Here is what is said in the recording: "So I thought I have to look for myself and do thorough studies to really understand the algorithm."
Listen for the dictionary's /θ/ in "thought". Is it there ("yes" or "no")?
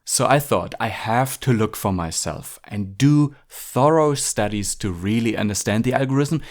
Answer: yes